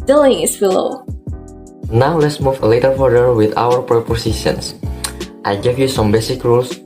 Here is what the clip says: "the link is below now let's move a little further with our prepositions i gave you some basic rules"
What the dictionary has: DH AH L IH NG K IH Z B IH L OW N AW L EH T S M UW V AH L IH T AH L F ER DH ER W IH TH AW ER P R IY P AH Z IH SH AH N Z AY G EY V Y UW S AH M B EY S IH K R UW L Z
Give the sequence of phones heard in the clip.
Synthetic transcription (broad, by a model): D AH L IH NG IH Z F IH L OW N AW L EH T S M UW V L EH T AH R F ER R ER W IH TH AW ER P R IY P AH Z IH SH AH N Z AY G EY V Y UW S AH M B EY S IH K R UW L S